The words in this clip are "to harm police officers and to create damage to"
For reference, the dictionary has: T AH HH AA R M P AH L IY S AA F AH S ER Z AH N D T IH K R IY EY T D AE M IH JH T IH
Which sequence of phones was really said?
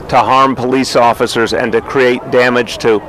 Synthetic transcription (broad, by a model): T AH HH AA R M P AH L IY S AA F AH S ER Z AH N T IH K R IY EY T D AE M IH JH T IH